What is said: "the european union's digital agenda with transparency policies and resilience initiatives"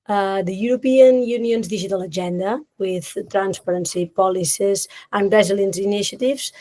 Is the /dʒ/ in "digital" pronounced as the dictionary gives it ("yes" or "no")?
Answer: no